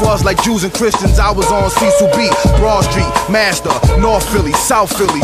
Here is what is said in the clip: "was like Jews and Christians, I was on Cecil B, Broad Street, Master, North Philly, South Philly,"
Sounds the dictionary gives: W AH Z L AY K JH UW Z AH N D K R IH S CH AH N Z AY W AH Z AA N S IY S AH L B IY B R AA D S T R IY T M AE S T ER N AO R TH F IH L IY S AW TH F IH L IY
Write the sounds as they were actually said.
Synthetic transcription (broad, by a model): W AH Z L AY K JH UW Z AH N K R IH S CH AH N Z AY W AH Z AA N S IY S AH B IY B R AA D S T R IY T M AE S T ER N AO R TH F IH L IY S AW TH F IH L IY